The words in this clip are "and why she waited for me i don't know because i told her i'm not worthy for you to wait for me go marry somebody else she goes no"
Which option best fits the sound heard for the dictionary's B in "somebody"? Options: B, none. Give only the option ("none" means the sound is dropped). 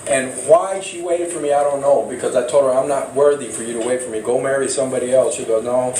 B